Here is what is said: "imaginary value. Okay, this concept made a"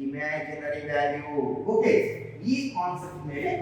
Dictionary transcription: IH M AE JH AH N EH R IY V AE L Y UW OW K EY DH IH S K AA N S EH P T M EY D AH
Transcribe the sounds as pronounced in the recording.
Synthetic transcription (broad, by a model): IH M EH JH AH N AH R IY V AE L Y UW OW K EY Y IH K AA N S EH P T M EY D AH